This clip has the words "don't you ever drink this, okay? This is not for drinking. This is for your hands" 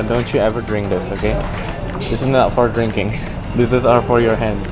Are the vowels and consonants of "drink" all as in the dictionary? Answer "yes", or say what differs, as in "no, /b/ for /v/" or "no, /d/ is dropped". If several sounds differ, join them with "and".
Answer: yes